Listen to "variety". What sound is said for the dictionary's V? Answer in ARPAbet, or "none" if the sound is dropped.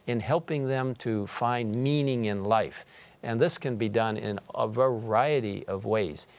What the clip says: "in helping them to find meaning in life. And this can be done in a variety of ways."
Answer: V